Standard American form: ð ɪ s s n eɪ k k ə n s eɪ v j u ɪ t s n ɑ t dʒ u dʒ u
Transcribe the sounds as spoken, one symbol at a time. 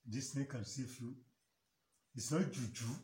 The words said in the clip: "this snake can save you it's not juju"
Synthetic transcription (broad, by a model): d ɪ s s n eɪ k k ə n s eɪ f j u ɪ t s n ɑ t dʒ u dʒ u